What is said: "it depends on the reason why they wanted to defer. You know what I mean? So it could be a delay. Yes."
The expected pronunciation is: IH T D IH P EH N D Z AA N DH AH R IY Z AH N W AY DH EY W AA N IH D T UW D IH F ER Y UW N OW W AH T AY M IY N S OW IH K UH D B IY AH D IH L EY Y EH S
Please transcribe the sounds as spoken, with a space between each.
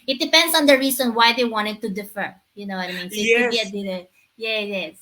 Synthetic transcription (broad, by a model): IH T D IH P EH N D S AA N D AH R IY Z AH N W AY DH EY W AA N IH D T UW D IH F ER Y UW N OW W AH T AY M IY N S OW IH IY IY AH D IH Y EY Y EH S